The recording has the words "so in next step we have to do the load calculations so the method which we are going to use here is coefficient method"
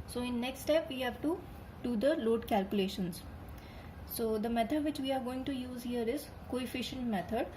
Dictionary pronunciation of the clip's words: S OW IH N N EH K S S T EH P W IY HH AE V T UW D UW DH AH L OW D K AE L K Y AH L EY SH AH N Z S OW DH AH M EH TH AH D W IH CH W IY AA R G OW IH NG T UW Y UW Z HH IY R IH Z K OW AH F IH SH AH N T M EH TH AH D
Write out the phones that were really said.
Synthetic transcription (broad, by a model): S OW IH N N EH K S S T EH P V IY HH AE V T UW D UW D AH L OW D K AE L K Y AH L EY SH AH N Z S OW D AH M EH T AH D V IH CH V IY AA R G OW IH NG T UW Y UW Z HH IY R IH Z K OW AH F IH SH AH N T M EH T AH D